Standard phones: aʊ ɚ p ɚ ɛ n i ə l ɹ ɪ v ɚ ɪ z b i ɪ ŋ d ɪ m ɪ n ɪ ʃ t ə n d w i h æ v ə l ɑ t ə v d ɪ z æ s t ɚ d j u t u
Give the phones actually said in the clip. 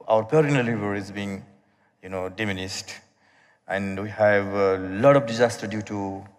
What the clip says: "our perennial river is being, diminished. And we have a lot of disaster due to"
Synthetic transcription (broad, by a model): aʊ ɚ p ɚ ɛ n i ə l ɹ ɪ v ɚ ɪ z b i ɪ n d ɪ m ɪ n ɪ s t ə n w i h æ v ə l ɑ t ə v d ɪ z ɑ s t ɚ d j u t u